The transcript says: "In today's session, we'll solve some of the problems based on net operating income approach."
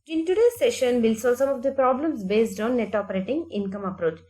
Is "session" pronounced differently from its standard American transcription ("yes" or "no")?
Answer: no